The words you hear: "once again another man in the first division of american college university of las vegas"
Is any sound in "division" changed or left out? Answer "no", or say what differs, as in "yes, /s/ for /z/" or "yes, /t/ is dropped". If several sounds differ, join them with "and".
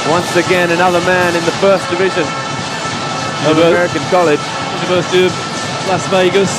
no